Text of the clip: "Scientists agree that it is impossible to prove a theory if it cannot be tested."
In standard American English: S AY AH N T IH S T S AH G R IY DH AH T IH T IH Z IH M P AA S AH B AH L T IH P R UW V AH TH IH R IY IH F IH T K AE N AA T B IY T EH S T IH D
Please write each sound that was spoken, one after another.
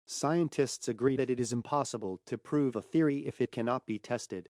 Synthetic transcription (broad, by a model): S AY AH N T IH S T S AH G R IY DH AH T IH T IH Z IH M P AA S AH B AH L T IH P R UW V AH TH IH R IY IH F IH T K AE N AA T B IY T EH S T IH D